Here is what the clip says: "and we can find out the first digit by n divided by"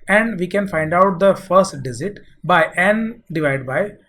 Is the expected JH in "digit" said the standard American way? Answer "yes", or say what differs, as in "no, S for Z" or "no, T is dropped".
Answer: no, Z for JH